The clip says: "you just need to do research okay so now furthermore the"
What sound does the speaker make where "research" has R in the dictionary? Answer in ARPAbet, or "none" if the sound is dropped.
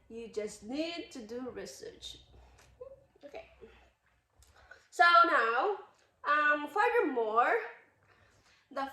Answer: R